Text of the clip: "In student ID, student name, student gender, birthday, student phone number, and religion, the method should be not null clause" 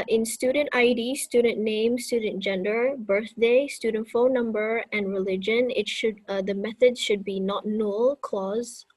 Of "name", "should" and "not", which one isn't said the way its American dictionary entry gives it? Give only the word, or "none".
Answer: none